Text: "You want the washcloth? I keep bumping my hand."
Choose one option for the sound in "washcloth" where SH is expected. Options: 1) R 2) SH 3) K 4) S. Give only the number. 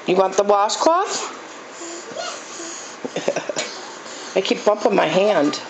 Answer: 4